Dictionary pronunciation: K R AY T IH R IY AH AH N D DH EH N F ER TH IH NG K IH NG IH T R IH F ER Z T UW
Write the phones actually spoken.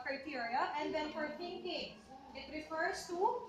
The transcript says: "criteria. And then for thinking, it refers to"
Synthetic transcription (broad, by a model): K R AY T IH R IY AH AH N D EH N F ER T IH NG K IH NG IH T R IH F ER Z T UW